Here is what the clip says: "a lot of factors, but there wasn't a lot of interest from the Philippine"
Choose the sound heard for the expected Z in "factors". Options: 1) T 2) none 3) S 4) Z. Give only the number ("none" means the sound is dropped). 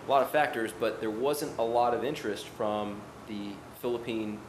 4